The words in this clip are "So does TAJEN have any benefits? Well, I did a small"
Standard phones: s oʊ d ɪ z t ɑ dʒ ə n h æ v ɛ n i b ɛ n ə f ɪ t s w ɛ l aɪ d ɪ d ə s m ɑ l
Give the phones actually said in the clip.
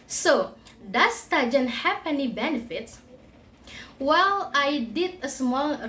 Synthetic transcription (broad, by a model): s oʊ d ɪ s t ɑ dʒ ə n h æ p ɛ n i b ɛ n ə f ɪ t s w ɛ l aɪ d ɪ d ə s m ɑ l